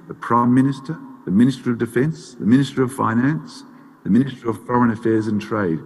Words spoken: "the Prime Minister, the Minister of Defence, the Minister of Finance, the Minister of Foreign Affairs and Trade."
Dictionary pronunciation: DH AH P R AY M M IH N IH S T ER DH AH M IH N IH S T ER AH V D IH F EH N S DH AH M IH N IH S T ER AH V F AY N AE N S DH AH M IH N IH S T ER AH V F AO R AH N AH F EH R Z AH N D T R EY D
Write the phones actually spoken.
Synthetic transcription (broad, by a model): DH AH P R AY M M IH N IH S T ER DH AH M IH N IH S T ER AH V D IH F EH N S DH AH M IH N IH S T ER AH V F AY N AE N S DH AH M IH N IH S T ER AH V F AO R AH N AH F EH R Z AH N T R EY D